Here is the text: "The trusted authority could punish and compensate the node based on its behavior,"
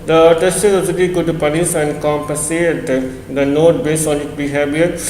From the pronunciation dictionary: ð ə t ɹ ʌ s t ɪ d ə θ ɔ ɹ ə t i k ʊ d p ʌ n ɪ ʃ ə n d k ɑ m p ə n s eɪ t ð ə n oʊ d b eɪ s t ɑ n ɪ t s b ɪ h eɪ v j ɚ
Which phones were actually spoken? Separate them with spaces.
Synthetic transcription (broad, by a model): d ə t ʌ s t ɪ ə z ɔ l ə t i k ʊ d p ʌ n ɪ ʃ ə n d k ɑ m p ə n s eɪ t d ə n oʊ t b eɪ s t ɑ n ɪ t b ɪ h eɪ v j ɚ